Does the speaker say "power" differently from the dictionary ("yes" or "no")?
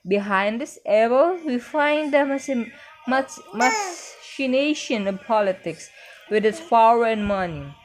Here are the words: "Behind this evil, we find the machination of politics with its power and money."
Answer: yes